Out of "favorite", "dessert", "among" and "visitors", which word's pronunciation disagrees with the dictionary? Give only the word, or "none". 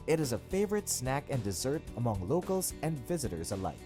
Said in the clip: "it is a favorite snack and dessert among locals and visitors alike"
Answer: none